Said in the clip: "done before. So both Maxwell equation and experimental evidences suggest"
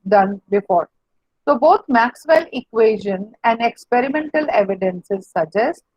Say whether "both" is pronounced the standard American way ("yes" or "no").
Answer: no